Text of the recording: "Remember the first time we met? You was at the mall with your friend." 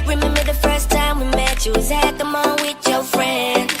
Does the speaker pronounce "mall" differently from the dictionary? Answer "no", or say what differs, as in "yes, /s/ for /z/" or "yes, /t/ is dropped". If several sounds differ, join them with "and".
yes, /n/ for /l/